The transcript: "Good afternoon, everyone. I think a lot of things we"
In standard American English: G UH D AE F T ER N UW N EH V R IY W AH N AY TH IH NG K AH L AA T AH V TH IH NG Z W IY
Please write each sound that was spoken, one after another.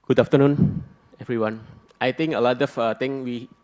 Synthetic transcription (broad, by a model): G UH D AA F T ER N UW N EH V R IY W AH N AY T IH NG K AH L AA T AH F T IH NG W IY